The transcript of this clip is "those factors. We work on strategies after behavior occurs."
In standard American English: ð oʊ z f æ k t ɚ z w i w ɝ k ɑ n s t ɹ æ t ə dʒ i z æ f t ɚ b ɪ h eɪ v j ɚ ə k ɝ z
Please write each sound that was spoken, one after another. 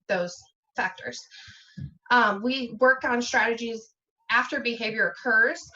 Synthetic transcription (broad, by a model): ð oʊ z f æ k t ɚ z w i w ɝ k n s t ɹ æ t ə dʒ i z æ f t ɚ b ɪ h eɪ v j ɚ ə k ɝ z